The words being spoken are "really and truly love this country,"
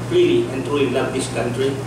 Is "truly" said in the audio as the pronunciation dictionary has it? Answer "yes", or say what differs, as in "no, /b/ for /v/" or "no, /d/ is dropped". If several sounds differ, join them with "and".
no, /l/ is dropped